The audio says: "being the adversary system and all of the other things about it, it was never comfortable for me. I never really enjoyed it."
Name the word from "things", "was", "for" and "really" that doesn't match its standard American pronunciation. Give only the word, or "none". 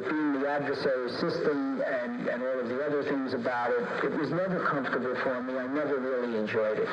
none